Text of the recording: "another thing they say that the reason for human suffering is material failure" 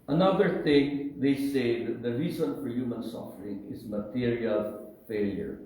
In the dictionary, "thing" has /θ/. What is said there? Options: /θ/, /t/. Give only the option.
/t/